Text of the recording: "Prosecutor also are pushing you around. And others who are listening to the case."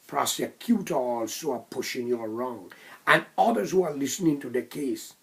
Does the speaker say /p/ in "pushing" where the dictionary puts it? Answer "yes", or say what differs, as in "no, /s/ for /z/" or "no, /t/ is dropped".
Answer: yes